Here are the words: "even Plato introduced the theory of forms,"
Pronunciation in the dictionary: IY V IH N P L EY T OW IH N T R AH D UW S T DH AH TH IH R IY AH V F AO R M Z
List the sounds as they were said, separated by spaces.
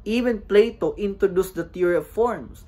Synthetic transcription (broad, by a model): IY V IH N P L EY T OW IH N T R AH D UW S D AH T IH R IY AH V F AO R M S